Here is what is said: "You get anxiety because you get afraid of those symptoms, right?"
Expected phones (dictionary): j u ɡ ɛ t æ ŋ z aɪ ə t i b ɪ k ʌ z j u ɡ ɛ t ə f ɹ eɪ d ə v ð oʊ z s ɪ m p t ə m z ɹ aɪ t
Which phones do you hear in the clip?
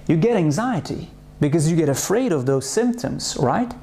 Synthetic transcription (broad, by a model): j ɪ ɡ ɛ t æ ŋ z aɪ ə t i b ɪ k ʌ z j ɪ ɡ ɛ t ə f ɹ eɪ d ə v ð oʊ z s ɪ m p t ə m z ɹ aɪ t